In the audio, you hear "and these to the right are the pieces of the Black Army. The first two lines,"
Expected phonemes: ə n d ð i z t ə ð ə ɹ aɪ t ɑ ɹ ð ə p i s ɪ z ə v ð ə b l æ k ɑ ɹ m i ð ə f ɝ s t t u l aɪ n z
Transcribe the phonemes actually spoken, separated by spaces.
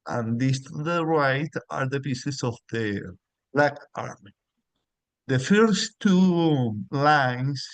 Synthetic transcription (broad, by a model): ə n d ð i s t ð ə ɹ aɪ t ɑ ɹ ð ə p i s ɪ s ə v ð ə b l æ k ɑ ɹ m i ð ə f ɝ s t t u l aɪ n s